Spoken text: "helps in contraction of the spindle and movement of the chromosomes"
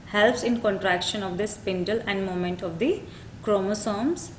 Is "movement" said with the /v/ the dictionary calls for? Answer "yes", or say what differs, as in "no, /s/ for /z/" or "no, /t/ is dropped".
no, /v/ is dropped